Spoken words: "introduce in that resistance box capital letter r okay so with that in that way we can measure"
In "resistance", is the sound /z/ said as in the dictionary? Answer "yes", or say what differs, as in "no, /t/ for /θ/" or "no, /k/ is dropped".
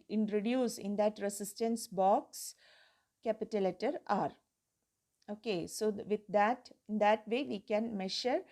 no, /s/ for /z/